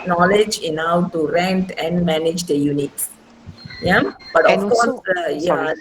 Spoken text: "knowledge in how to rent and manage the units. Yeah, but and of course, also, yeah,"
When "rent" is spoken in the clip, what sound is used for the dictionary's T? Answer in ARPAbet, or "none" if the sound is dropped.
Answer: T